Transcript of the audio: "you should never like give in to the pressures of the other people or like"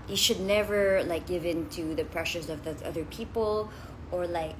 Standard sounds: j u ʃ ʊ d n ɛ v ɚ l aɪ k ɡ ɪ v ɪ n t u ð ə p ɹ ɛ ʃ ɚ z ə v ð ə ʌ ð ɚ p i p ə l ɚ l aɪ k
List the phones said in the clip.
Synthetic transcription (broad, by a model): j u ʃ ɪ d n ɛ v ɚ l aɪ k ɡ ɪ v ɪ n t u ð ə p ɹ ɛ ʃ ɚ z ə v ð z ʌ ð ɚ p i p l ɚ l aɪ k